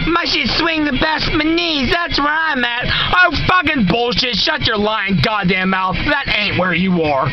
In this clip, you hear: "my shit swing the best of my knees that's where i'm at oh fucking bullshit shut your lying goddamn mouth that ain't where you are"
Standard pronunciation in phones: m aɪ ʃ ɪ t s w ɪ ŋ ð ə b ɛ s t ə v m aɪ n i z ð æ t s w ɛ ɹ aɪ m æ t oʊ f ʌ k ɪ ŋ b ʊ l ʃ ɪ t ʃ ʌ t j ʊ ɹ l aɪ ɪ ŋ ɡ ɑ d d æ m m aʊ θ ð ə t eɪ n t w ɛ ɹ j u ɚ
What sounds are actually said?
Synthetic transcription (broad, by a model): m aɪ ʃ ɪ s w ɪ ŋ ð ə b ɛ s t m aɪ n i z ð æ t s w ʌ ɹ aɪ m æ t oʊ f ʌ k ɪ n b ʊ l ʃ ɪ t ʃ ʌ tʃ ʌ ɹ l aɪ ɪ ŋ ɡ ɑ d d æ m m aʊ θ ð ə t eɪ n t w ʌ ɹ j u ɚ